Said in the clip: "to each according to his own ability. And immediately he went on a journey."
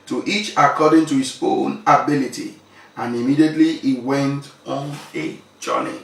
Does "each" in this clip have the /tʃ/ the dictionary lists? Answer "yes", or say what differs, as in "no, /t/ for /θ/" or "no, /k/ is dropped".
yes